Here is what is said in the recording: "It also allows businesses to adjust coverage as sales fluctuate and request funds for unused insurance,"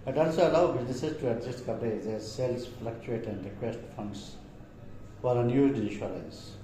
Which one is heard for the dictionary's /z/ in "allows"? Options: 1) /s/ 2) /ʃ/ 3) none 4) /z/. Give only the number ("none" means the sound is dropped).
3